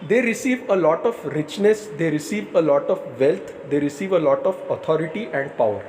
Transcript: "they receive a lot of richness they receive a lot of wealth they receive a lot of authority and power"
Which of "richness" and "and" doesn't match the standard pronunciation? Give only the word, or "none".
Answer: none